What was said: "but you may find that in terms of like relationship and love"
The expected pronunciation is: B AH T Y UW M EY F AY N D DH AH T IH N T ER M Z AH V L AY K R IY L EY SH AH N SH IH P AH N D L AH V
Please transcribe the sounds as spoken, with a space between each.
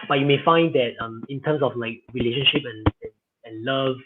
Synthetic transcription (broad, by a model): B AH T Y UW M EY F AY N D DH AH T IH N T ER M S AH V L AY K R IY L EY SH AH N SH IH P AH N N L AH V